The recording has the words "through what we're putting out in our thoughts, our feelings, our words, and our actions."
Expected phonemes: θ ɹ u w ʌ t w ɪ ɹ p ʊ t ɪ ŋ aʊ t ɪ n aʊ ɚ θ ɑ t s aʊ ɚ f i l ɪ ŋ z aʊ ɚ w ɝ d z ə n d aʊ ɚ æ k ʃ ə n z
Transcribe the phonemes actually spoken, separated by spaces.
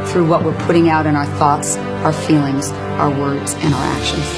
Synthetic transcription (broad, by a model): θ ɹ u w ʌ t w ɪ ɹ p ʊ t ɪ ŋ aʊ t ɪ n aʊ ɚ θ ɑ t s aʊ ɚ f i l ɪ ŋ z aʊ ɚ w ɝ d z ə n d aʊ ɚ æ k ʃ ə n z